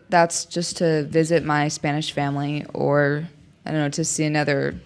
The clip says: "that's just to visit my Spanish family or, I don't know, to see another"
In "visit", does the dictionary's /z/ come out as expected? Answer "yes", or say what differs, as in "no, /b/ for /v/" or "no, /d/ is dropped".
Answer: yes